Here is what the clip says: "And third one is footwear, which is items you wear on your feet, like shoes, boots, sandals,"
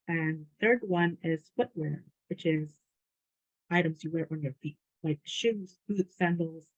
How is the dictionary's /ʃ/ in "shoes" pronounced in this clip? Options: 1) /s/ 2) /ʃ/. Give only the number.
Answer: 2